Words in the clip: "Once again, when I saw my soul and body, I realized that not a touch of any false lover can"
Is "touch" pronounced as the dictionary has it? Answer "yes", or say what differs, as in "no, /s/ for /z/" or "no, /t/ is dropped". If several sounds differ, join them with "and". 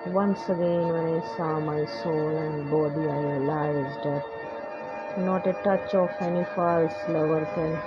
yes